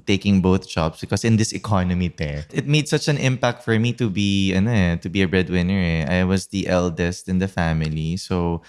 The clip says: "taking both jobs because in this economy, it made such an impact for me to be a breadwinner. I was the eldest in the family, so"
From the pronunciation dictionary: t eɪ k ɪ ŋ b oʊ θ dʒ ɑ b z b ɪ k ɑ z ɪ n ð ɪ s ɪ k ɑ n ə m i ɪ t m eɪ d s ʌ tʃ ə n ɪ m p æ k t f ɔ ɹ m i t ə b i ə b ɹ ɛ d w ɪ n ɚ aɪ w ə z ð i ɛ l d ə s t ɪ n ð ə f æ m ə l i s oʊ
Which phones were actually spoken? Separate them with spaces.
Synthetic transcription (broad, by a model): t eɪ k ɪ ŋ b oʊ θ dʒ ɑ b s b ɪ k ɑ s ɪ n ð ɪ s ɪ k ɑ n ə m i ɪ t m eɪ d s ʌ tʃ ə n ɪ m p æ k t f ɔ ɹ m i t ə b i ə b ɹ ɛ d w ɪ n ɚ aɪ w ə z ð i ɛ l d ə s t ɪ n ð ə f æ m ə l i s oʊ